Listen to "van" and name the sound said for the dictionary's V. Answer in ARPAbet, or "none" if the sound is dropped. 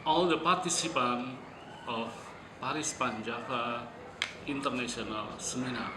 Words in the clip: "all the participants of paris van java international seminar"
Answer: P